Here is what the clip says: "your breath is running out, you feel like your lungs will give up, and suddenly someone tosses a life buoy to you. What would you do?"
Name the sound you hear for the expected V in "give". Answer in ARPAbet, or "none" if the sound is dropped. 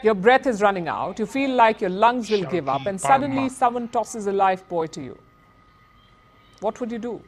V